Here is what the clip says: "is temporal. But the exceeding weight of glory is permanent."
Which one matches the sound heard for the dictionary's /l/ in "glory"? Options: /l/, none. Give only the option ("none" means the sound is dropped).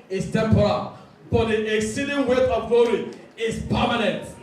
none